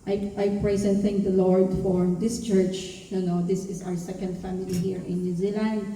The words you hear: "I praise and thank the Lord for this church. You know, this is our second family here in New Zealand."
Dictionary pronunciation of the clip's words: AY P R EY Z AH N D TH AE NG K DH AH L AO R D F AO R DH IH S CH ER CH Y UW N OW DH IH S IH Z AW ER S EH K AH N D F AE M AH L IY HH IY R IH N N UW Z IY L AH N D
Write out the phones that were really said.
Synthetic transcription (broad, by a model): AY P R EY S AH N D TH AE NG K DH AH L AO R D F AO R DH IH S CH ER CH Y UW N OW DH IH S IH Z AW ER S EH K AH N D F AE M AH L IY HH IY R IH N N UW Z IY L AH N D